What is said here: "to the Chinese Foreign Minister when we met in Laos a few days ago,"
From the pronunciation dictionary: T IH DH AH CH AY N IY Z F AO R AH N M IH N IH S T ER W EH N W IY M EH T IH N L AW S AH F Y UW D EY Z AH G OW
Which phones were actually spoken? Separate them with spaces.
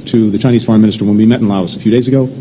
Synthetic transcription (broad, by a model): T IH DH AH CH AY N IY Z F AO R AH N M IH N IH S T ER W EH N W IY M EH T N L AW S AH F Y UW D EY Z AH G OW